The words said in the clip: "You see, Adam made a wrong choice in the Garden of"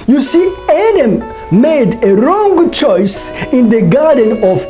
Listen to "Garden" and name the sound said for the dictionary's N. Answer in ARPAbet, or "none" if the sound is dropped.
N